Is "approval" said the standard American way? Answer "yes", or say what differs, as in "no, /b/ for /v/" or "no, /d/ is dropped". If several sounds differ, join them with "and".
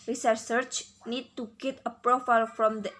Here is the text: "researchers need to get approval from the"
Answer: no, /f/ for /v/